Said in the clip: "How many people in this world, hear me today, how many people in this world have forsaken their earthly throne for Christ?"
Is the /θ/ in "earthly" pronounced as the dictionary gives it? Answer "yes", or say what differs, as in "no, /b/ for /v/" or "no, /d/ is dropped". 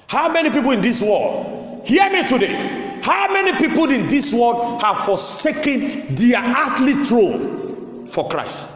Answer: no, /t/ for /θ/